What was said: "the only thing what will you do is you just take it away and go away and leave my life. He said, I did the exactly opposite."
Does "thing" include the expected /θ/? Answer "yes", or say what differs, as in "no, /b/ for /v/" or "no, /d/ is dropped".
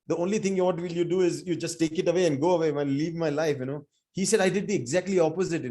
no, /t/ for /θ/